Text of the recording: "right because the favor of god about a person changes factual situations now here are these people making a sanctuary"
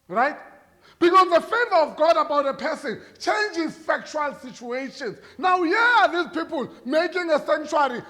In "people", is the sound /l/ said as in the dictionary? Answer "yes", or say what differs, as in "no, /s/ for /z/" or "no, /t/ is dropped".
yes